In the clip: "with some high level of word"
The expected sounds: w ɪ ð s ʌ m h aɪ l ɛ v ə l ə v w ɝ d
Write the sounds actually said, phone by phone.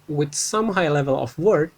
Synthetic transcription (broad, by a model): w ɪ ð s ʌ m h aɪ l ɛ v ə l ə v w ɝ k